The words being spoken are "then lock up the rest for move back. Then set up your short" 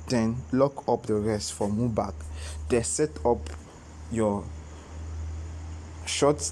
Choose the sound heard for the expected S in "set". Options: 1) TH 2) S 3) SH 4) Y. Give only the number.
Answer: 2